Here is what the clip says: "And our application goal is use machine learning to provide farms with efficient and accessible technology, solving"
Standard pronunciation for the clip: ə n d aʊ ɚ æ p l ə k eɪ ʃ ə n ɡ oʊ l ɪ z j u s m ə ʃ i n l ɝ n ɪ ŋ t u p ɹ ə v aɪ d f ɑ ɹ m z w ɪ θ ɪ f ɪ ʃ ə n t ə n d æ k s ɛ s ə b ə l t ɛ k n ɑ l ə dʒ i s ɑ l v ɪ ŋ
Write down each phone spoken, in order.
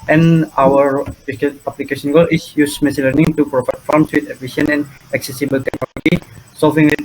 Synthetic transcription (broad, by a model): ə n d aʊ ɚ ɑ p l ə k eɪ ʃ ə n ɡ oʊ l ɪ s j u s m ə s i l ɝ n ɪ ŋ t u p ɹ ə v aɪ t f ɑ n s w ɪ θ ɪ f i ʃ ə n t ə n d æ k s ɛ s ə b ə l t ɛ k n ɑ l ə dʒ i s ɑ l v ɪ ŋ